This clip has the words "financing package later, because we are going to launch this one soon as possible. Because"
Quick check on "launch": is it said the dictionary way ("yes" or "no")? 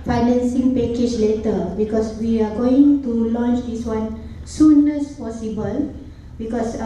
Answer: yes